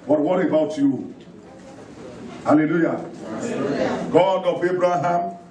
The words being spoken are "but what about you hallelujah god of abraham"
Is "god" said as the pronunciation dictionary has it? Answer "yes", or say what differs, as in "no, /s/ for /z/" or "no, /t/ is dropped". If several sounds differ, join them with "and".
yes